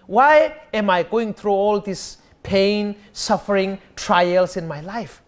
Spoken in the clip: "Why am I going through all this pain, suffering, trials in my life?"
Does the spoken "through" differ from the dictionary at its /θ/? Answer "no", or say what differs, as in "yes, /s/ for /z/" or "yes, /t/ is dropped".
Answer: yes, /t/ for /θ/